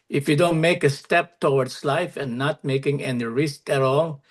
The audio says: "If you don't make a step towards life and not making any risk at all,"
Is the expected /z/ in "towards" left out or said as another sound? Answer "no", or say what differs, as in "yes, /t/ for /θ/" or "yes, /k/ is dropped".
yes, /s/ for /z/